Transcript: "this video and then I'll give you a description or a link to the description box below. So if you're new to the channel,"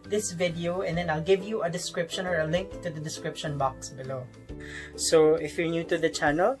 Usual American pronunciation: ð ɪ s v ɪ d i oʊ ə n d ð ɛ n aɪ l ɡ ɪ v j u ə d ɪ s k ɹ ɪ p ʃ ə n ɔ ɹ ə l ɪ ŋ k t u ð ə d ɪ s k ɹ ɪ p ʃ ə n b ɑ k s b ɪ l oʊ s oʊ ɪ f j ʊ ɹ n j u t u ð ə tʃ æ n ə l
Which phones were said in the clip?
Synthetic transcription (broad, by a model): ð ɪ s v ɪ d i oʊ ə n d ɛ n aɪ l ɡ ɪ v j u ə d ɪ s k ɹ ɪ p ʃ ə n ɔ ɹ ə l ɪ ŋ k t u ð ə d ɪ s k ɹ ɪ p ʃ ə n b ɑ k s b ɪ l oʊ s oʊ ɪ f j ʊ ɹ n j u t u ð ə tʃ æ n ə l